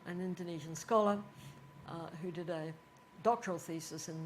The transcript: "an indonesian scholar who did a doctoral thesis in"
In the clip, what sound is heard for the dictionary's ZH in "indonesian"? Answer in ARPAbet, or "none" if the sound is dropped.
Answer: ZH